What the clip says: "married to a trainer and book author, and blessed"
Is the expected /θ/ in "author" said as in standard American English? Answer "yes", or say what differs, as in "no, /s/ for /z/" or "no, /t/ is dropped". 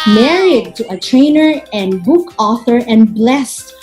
yes